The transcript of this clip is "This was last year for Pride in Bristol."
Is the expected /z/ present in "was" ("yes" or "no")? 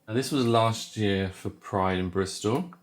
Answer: yes